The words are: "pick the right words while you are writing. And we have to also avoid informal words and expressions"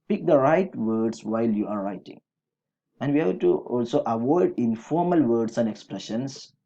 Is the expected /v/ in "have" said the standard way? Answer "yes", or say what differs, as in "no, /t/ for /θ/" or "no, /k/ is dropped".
no, /b/ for /v/